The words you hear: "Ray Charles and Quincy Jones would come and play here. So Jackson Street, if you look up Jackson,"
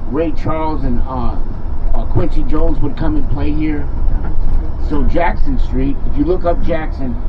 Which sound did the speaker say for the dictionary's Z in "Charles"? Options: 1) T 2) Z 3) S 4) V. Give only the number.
2